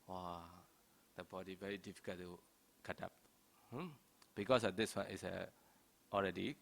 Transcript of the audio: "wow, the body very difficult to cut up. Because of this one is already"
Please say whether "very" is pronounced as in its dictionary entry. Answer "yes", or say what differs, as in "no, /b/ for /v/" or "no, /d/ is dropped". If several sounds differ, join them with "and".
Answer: yes